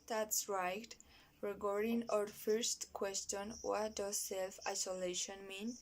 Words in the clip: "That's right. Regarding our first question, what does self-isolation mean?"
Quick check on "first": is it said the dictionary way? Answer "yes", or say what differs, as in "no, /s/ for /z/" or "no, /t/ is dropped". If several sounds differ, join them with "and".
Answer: yes